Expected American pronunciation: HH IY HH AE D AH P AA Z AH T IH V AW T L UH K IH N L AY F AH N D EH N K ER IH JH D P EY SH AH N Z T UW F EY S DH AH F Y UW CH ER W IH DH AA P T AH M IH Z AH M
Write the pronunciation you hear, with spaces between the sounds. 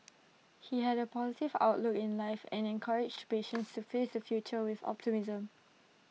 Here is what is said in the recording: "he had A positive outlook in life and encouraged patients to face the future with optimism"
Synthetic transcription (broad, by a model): HH IY HH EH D AH P AA Z AH T IH V AW T L UH K IH N L AY F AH N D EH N K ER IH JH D P EY SH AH N S T UW F EY S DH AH F Y UW CH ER W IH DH AA P T AH M IH Z AH M